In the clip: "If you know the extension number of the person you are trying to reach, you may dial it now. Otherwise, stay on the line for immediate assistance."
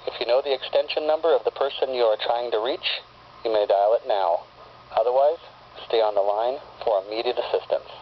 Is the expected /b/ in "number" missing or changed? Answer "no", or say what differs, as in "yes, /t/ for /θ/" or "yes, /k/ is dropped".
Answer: no